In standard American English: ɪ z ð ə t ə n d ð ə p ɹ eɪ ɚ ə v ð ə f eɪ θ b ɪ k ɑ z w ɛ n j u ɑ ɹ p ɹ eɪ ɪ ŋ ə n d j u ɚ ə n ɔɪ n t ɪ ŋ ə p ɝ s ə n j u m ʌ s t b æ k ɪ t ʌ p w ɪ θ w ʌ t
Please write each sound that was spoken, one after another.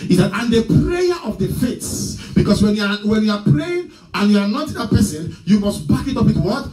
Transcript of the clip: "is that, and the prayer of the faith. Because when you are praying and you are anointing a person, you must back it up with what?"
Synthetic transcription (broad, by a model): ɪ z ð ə t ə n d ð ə p ɹ eɪ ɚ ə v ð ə f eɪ s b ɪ k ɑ s w ɛ n j u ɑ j p ɹ eɪ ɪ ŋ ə n j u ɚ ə n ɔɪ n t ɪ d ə p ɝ s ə n j u m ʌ s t b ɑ k ɪ t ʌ p w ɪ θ w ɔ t